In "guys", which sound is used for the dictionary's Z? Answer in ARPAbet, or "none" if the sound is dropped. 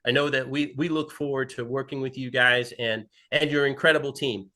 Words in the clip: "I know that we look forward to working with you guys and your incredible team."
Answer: Z